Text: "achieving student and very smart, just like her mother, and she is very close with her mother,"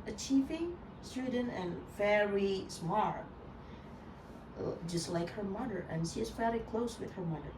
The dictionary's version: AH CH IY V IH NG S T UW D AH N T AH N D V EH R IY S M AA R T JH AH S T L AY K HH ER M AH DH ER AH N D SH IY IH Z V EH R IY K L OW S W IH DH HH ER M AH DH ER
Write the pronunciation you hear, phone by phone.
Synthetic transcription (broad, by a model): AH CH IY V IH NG S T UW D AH N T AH N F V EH R IY S M AA R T JH AH S T L AY K HH ER M AH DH ER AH N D SH IY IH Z F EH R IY K L OW S W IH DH HH ER M AH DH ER